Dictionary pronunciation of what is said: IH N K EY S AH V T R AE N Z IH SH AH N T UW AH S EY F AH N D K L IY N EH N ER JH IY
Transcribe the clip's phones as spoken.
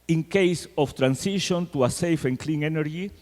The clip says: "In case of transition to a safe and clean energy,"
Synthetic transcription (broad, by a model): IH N K EY S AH F T R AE N S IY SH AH N T UW AH S EY F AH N K L IY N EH N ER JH IY